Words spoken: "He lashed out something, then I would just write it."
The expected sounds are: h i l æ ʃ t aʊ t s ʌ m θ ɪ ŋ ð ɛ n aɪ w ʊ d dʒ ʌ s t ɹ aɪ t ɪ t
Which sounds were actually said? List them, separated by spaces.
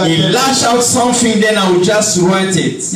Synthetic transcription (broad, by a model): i l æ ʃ aʊ t s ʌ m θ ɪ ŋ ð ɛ n aɪ w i dʒ ʌ s t ɹ aɪ t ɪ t